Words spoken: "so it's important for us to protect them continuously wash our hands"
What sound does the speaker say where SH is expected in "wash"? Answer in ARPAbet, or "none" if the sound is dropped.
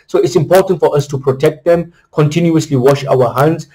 SH